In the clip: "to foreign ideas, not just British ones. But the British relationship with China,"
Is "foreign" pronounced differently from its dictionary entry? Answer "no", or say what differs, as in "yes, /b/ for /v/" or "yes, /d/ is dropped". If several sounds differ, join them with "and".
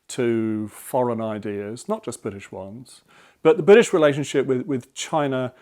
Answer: no